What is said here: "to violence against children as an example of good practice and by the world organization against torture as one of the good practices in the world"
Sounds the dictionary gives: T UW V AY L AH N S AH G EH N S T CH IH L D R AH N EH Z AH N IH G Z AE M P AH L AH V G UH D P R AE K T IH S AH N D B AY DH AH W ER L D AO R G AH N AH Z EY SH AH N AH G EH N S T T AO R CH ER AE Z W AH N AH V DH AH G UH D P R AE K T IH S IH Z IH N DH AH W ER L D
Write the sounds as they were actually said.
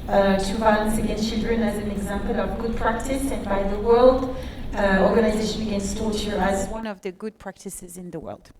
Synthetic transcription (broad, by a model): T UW B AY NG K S AH G EH N S T CH IH L D R AH N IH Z AH N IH G Z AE M P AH L AH V G UH D P R AE K T IH S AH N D B AY DH AH W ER L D AO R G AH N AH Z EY SH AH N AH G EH N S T T AO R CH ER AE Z W AH N AH V DH AH G UH D P R AE K T IH S IH Z IH N DH AH W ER L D